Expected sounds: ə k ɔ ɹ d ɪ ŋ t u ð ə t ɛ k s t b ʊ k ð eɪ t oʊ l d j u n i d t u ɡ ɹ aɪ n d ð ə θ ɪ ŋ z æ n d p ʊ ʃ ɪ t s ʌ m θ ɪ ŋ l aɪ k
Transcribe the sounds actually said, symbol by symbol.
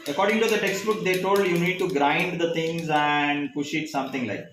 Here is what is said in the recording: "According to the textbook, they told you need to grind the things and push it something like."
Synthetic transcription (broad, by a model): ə k ɔ ɹ d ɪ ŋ t u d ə t ɛ k s t b ʊ k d eɪ t oʊ l d j u n i d t u ɡ ɹ aɪ n d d ə t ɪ ŋ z æ n d p ʊ ʃ ɪ t s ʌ m t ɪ ŋ l aɪ k